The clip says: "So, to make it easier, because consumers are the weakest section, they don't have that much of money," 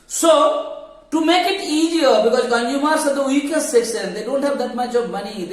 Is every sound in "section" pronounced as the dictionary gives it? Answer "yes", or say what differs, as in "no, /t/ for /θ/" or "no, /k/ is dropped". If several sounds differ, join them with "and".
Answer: no, /s/ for /ʃ/